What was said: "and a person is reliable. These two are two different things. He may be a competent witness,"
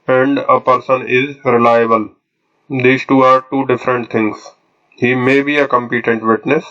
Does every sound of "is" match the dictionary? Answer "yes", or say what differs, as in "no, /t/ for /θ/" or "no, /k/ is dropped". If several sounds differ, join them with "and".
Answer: yes